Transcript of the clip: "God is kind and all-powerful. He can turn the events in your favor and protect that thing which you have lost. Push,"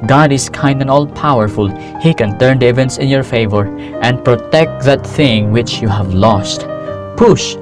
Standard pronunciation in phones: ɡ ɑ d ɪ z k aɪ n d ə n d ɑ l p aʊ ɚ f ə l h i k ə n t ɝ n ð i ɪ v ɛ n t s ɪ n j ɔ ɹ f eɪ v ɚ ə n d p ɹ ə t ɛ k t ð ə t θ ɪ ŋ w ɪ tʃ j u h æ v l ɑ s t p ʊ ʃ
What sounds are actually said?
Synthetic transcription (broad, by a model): ɡ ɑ d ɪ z k aɪ n d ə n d ɑ l p aʊ ɚ f ə l h i k ə n t ɝ n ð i ɪ v ɛ n t s ɪ n j ɔ ɹ f eɪ v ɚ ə n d p ɹ ə t ɛ k t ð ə t θ ɪ ŋ w ɪ tʃ j u h æ v l ɑ s t p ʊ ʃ